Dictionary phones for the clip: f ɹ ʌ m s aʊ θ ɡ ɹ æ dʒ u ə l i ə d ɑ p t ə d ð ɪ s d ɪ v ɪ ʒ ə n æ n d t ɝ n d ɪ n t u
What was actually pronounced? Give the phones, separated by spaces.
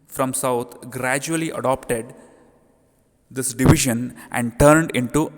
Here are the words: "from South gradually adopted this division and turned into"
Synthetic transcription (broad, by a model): f ɹ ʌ m s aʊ t ɡ ɹ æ dʒ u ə l i ə d ɑ p t ə d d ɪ s d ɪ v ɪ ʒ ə n æ n d t ɝ n d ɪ n t u